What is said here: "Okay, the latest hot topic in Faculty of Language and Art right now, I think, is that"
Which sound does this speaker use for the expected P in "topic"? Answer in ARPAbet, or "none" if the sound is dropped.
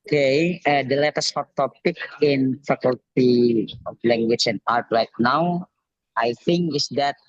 P